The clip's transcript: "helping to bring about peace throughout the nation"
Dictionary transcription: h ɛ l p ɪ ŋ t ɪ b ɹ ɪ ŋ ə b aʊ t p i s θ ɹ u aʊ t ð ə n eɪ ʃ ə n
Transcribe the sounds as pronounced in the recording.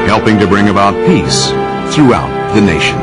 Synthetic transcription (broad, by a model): h ɛ l p ɪ ŋ t ɪ b ɹ ɪ ŋ ə b aʊ t p i s θ ɹ u aʊ t ð ə n eɪ ʃ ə n